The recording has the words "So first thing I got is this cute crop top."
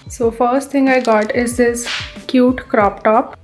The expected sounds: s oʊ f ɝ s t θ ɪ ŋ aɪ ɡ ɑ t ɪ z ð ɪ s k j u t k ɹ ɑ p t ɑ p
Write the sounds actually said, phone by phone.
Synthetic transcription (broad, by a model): s oʊ f ɝ s t t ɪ ŋ aɪ ɡ ɑ t ɪ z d ɪ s k j u t k ɹ ɑ p t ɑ p